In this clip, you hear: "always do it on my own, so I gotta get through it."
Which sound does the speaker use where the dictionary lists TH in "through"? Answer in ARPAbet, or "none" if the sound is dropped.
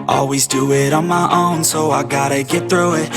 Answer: TH